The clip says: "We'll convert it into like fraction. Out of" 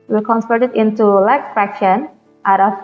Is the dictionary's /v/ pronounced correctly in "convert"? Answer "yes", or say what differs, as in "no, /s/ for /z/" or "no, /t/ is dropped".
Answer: no, /p/ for /v/